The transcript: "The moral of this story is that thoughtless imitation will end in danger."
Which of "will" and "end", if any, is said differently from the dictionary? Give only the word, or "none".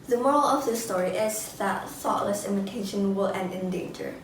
none